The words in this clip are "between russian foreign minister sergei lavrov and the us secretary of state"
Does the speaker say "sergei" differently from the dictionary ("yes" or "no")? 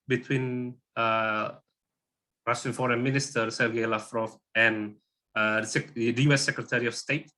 yes